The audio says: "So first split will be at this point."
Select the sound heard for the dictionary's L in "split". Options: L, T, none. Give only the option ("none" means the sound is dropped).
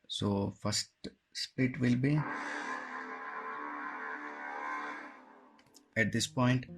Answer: none